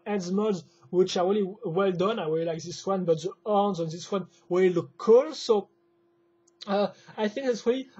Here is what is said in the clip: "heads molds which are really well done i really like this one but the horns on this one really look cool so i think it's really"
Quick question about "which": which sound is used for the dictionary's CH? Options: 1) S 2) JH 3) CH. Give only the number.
3